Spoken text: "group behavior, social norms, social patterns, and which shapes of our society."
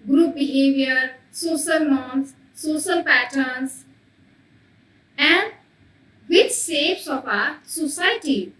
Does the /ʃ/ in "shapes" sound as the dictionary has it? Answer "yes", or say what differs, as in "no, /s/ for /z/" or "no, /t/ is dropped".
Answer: no, /s/ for /ʃ/